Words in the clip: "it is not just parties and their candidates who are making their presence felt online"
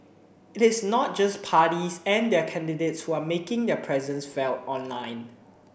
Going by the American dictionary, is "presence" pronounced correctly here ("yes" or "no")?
yes